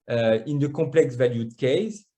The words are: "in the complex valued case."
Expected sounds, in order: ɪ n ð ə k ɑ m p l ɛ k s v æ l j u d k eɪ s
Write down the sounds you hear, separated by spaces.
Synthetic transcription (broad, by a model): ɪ n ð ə k ɑ p l ɛ k s v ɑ l j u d k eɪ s